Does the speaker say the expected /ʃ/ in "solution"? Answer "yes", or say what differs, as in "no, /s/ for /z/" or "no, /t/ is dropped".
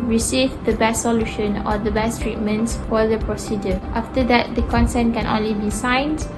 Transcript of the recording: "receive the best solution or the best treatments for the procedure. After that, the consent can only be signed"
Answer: yes